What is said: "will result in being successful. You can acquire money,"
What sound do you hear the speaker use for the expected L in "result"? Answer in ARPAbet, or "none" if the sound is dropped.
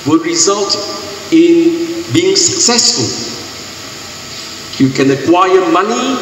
L